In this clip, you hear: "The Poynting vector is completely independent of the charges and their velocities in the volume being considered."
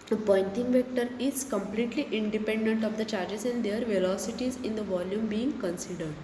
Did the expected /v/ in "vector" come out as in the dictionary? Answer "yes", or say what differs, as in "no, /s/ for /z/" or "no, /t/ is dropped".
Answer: yes